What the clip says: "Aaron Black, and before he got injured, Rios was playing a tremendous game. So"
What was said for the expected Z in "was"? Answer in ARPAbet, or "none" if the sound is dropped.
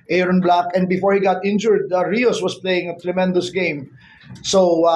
S